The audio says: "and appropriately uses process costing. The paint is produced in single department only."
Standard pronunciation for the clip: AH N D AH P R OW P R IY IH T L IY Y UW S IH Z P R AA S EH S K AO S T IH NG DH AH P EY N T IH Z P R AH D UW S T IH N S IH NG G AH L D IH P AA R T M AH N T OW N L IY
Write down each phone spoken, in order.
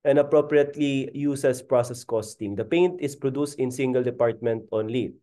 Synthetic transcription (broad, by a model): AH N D AH P R OW P R IY IH T L IY Y UW S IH S P R AA S EH S K AO S T IH NG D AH P EY N T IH S P R AH D UW S T IH N S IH NG G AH L D IH P AA R T M AH N T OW N L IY